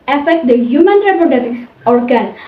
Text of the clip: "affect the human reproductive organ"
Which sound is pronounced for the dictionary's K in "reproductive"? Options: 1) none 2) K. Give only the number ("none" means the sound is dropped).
1